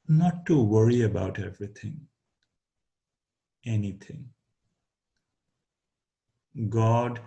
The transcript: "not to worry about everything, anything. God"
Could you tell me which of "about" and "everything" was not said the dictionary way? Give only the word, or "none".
everything